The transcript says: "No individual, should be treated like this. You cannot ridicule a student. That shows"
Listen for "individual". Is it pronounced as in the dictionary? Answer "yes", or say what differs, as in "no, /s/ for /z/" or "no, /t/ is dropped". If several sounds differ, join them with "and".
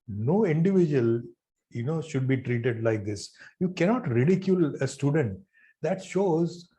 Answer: no, /n/ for /l/